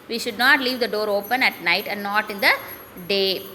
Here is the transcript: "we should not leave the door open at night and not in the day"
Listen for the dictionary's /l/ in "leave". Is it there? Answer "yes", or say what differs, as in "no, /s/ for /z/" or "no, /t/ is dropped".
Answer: yes